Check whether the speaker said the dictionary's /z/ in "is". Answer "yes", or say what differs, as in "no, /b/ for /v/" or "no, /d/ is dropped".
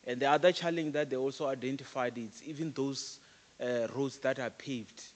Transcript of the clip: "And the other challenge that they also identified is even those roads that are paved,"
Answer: no, /s/ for /z/